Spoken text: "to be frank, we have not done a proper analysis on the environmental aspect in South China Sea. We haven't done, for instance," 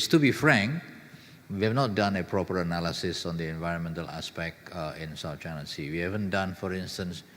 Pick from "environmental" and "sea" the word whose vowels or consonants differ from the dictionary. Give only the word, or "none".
none